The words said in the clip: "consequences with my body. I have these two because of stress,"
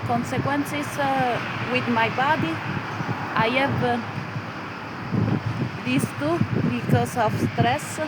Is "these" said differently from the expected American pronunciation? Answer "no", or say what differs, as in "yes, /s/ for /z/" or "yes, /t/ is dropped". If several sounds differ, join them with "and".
yes, /s/ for /z/